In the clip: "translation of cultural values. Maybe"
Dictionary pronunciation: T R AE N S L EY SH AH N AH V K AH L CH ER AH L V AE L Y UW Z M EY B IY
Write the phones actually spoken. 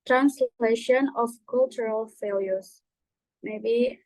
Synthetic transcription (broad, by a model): T R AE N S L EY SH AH N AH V K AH L CH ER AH L F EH L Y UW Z M EY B IY